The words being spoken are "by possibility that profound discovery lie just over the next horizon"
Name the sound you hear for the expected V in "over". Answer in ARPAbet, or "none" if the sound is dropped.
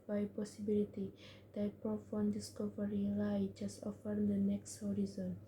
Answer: F